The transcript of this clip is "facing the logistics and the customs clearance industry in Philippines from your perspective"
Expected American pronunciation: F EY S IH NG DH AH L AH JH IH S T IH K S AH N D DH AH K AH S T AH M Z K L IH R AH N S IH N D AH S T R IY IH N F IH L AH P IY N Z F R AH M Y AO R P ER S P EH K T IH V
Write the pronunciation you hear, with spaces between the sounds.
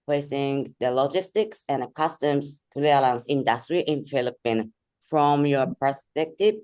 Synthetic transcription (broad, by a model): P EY S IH NG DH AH L AH JH IH S T IH K S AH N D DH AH K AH S T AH M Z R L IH L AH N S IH N D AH S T R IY IH N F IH L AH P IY N F R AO M Y AO R P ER S P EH K T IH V